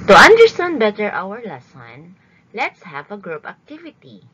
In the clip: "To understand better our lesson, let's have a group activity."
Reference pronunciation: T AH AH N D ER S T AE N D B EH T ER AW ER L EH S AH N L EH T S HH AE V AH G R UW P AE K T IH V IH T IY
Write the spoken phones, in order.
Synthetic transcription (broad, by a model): T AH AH N D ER S T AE N D B EH T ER AW ER L EH S AH N L EH T S HH AE V AH G R UW P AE K T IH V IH T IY